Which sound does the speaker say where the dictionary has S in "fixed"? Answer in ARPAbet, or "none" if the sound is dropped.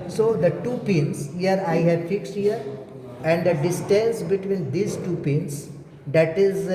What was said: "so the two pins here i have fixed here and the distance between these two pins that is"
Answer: S